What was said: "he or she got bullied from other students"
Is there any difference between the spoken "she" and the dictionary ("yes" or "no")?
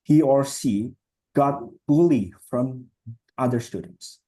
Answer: yes